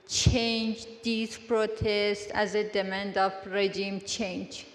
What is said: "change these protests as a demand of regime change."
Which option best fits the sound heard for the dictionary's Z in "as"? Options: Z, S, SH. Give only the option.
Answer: Z